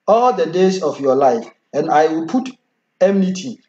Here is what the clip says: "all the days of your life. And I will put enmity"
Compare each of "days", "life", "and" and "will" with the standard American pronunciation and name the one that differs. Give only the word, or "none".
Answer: days